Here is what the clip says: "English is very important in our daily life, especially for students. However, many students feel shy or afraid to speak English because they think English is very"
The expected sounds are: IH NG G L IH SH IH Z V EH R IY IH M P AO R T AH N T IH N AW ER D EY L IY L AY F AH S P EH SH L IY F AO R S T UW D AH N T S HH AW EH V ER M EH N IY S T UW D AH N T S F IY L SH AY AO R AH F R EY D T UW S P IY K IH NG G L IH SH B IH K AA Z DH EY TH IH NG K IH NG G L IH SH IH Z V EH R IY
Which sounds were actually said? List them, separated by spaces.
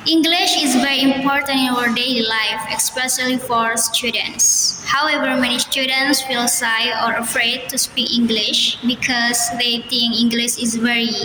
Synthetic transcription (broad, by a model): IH NG G L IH SH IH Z V EH R IY IH M P AO R T AH N T IH N AW ER D EY L IY L AY F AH S P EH S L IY F AO R S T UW D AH N T S HH AW EH V ER M EH N IY S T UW D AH N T S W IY L S AY AO R AH F R EY D T UW S P IY K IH NG G L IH SH B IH K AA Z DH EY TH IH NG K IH NG G L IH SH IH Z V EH R IY